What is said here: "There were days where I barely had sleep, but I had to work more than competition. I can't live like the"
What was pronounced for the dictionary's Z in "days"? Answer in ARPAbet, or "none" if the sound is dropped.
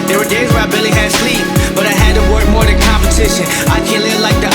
Z